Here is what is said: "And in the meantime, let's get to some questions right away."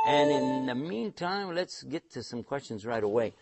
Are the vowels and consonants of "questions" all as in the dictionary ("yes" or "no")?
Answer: yes